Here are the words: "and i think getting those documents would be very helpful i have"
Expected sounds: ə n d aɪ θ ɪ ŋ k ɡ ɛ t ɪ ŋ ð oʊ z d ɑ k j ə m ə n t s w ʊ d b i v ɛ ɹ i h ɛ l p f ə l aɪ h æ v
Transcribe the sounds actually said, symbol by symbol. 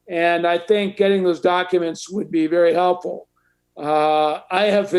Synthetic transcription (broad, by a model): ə n aɪ θ ɪ ŋ k ɡ ɛ t ɪ ŋ ð oʊ z d ɑ k j ə m ə n t s w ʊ d b i v ɛ ɹ i h ɛ l p f l aɪ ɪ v